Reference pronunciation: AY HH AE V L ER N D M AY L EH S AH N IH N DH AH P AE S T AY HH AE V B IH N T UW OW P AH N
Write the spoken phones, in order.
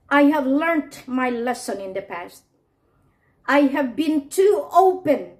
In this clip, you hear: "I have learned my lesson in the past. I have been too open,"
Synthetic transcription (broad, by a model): AY HH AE V L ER N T M AY L EH S AH N IH N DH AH P AE S T AY HH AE V B IH N T UW OW P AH N